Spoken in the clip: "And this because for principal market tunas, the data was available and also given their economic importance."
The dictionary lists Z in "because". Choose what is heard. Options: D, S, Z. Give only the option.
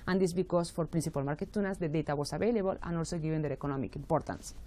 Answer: S